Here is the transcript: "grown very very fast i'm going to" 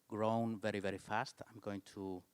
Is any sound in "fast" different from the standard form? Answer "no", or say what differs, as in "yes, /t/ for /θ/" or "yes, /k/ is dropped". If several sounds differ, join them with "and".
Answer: no